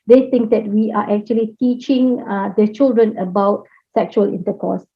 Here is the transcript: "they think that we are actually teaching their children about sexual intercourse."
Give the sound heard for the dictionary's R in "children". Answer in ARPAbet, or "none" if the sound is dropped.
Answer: R